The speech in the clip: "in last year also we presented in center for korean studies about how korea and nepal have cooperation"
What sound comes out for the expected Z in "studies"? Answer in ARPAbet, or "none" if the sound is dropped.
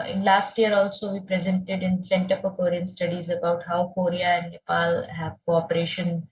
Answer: Z